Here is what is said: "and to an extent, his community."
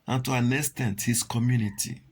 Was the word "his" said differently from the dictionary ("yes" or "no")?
yes